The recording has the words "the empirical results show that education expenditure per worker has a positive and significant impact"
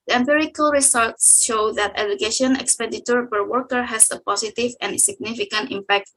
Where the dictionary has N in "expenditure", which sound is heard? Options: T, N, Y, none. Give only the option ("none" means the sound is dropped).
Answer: none